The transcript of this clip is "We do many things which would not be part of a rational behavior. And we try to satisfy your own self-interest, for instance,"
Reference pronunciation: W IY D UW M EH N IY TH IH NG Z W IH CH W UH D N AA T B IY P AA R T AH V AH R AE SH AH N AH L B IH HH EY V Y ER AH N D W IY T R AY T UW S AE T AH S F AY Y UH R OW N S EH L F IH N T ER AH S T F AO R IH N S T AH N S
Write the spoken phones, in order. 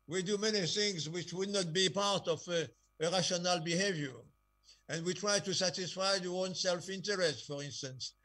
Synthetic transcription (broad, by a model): W IY D UW M EH N IY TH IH NG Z W IH CH W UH D N AA T B IY P AA R T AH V AH R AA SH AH N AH L B IH HH EY V Y ER AH N D W IY T R AY T UW S AE T AH S F AY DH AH OW N S EH L F IH N T ER AH S T F AO R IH N S T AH N S